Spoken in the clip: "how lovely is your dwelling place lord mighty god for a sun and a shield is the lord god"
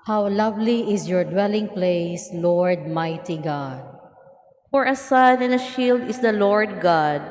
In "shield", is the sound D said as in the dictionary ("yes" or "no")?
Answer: yes